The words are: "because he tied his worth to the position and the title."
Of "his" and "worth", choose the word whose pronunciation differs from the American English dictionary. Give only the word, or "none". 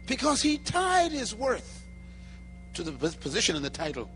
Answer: none